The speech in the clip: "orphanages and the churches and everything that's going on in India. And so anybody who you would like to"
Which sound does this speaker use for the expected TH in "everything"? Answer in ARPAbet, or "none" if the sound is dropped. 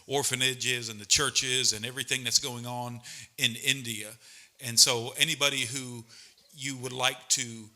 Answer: TH